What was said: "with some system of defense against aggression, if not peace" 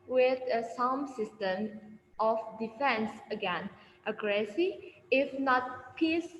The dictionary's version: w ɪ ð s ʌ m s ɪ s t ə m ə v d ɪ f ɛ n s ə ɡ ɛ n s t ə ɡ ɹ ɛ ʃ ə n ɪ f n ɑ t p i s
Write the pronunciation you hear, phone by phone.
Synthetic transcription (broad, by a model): w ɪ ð s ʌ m s ɪ s t ə m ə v d ɪ f ɛ n s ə ɡ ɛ n t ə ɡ ɹ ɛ s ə ɪ f n ɑ t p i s